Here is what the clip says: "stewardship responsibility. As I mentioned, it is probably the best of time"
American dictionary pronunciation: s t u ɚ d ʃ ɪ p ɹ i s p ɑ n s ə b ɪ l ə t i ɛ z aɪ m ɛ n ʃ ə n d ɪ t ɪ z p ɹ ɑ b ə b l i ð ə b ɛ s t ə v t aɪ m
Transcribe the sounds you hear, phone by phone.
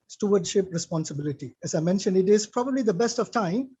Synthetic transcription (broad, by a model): s t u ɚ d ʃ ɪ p ɹ i s p ɑ n s ə b ɪ l ə t i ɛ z aɪ m ɛ n ʃ ə n d ɪ t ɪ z p ɹ ɑ b ə b l i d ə b ɛ s t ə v t aɪ m